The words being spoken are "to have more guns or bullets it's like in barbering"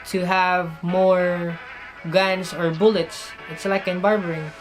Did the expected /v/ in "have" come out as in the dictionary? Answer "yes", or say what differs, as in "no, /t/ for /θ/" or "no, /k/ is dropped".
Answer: yes